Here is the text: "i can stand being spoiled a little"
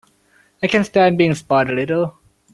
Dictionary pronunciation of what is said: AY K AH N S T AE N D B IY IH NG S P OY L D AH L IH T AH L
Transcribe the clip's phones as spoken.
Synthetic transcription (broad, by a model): AY K AH N S T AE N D B IY IH NG S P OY D AH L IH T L